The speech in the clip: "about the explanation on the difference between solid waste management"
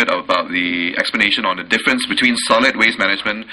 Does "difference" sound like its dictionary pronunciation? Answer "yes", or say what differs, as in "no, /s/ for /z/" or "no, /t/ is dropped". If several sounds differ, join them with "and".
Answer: yes